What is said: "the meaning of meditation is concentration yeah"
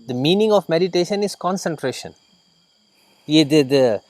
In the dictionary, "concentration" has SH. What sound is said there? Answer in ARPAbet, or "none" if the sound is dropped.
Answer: SH